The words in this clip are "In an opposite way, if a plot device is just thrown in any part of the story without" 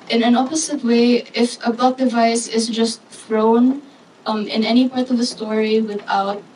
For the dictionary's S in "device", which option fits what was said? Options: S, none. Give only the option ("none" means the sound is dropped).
S